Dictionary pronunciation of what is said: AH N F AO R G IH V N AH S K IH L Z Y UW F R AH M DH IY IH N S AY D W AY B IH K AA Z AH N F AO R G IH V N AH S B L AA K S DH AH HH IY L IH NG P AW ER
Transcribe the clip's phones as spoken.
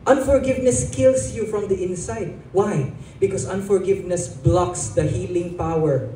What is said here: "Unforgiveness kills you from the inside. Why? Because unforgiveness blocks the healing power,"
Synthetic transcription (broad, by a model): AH N F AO R G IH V N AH S K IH L S Y UW F R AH M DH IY IH N S AY D W AY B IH K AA S AH N F AO R G IH V N AH S B L AA K S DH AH HH IY L IH NG P AW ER